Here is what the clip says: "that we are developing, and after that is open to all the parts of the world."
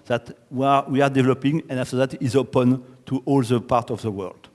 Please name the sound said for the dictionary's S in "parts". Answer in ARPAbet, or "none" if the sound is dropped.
none